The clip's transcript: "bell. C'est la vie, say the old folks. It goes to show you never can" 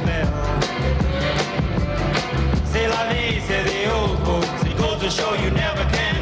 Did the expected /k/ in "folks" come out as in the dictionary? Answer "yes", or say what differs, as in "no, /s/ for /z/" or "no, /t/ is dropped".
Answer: no, /k/ is dropped